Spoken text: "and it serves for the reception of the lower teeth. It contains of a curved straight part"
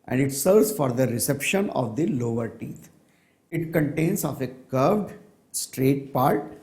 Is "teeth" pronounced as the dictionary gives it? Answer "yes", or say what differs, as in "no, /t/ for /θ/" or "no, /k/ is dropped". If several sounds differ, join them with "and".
no, /t/ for /θ/